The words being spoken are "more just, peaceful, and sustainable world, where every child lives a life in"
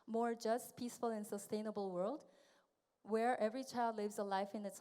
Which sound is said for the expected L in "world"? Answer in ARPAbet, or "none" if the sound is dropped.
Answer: L